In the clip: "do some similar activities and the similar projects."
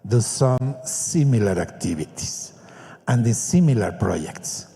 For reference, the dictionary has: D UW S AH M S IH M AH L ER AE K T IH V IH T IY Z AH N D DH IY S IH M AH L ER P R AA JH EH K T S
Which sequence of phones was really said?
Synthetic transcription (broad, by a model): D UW S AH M S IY M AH L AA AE K T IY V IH T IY S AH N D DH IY S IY M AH L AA P R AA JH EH K T S